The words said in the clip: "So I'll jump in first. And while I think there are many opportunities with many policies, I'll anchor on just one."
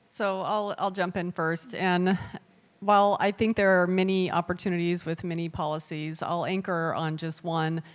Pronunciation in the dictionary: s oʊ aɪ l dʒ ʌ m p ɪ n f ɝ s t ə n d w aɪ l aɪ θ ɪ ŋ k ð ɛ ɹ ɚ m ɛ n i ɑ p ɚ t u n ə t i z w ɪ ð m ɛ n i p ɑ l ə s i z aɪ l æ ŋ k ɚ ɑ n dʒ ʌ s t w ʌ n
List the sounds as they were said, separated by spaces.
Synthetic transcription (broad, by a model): s oʊ aɪ l dʒ ʌ m p ɪ n f ɝ s t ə n w aɪ l aɪ θ ɪ ŋ k ð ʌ ɹ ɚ m ɛ n i ɑ p ɚ t u n ə t i z w ɪ ð m ɛ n i p ɑ l ə s i z aɪ l æ ŋ k ɚ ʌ n dʒ ʌ s t w ʌ n